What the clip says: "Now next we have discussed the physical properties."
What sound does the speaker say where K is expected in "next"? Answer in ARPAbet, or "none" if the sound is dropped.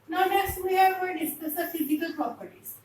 none